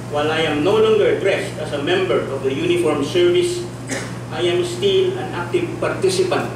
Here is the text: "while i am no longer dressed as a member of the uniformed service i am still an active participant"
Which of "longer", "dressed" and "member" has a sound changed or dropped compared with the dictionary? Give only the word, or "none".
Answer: none